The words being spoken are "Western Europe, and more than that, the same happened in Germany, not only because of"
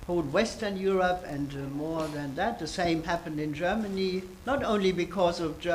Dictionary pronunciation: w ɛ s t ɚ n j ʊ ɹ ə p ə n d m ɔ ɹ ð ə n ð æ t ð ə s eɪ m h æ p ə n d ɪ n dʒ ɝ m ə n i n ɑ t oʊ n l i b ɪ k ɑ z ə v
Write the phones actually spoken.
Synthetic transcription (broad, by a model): w ɛ s t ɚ n j ʊ ɹ ə p ə n d m ɔ ɹ ð ə n ð æ t ð ə s eɪ m h æ p ə n d ɪ n dʒ ɝ m ə n i n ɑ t oʊ n l i b ɪ k ɑ z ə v